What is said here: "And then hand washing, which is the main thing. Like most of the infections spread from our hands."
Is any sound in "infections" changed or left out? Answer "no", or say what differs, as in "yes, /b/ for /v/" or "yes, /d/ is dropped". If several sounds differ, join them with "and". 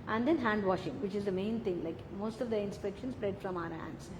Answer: yes, /p/ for /f/